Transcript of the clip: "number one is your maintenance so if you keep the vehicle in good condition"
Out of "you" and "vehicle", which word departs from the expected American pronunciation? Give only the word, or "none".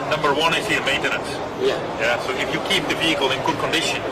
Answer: none